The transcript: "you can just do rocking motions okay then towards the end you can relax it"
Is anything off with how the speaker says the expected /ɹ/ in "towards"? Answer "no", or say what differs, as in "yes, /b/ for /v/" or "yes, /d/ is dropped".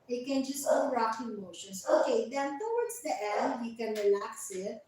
yes, /w/ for /ɹ/